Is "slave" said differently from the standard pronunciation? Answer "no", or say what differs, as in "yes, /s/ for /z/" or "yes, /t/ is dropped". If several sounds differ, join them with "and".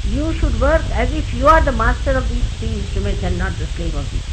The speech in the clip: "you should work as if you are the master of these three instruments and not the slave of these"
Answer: yes, /v/ is dropped